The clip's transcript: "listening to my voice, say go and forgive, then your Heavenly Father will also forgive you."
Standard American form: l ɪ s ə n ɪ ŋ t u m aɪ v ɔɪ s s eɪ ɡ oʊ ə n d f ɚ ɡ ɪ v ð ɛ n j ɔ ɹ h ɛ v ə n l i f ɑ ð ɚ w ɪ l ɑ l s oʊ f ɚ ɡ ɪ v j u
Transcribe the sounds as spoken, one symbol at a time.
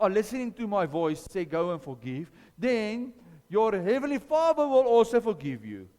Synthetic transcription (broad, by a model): l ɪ s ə n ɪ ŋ t u m aɪ v ɔɪ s s eɪ ɡ oʊ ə n f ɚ ɡ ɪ v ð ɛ n j ɔ ɹ h ɛ v ə n l i f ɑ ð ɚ w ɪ l ɑ l s oʊ f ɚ ɡ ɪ v j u